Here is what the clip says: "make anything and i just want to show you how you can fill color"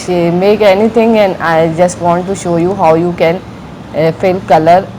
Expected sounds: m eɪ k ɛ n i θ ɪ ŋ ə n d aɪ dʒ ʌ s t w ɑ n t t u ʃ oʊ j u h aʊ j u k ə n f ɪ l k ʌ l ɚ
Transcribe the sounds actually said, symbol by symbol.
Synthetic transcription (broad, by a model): m eɪ k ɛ n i t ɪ ŋ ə n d aɪ dʒ ʌ s t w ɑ n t t u ʃ oʊ j u h aʊ j u k ə n f ɪ l k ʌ l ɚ